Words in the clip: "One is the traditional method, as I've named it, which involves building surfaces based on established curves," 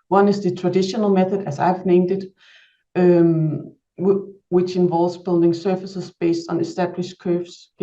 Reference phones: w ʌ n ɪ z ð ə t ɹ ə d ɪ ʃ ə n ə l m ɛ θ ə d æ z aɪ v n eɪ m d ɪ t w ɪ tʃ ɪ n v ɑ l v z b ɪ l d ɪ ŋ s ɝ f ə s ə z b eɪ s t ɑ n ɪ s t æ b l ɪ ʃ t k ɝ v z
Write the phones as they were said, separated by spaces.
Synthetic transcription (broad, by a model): w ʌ n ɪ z ð ə t ɹ ə d ɪ ʃ ə n ə l m ɛ θ ə d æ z aɪ v n eɪ m d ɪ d w ɪ tʃ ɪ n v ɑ l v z b ɪ l d ɪ ŋ s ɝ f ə s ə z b eɪ s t n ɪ s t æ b l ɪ ʃ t k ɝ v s